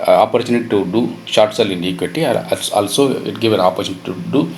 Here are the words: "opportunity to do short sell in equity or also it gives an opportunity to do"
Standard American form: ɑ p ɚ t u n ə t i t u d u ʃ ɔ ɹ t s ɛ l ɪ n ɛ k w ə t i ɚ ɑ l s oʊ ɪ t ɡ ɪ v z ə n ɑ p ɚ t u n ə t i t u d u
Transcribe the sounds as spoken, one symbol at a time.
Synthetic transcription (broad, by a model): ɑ p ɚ t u n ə t i t u d u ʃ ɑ ɹ t s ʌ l ɪ n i k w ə t i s ɑ l s oʊ ɪ t ɡ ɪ v ə n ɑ p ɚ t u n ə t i t u d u